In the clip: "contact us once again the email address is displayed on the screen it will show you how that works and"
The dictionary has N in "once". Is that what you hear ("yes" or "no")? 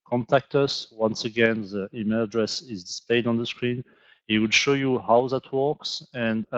yes